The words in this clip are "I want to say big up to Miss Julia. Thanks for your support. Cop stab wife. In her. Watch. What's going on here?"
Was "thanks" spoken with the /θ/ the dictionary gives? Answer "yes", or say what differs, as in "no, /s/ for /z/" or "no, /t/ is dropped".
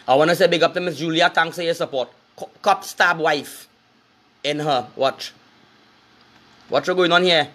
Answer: no, /t/ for /θ/